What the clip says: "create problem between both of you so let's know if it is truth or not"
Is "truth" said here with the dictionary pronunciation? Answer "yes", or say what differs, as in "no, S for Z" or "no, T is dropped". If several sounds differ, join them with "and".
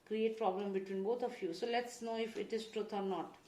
no, T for TH